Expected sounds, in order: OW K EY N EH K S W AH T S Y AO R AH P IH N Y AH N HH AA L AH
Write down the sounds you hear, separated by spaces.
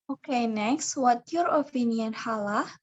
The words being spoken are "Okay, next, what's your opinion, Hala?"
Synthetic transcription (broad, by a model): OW K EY N EH K S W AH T Y AO R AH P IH N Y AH N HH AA L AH